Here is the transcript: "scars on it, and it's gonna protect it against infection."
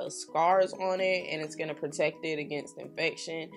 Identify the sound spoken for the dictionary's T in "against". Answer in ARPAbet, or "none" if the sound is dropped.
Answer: T